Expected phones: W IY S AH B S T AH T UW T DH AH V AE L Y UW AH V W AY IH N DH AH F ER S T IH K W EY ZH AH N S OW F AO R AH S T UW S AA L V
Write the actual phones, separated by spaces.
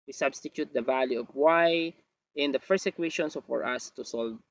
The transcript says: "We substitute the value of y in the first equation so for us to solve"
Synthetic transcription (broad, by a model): W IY S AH B S T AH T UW T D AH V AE L Y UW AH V W AY IH N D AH P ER S IH K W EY SH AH N S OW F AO R AH S T UW S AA L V